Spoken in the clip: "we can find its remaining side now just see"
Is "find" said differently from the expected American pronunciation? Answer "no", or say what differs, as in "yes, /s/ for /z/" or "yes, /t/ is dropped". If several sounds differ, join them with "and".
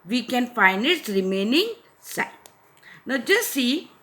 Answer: yes, /d/ is dropped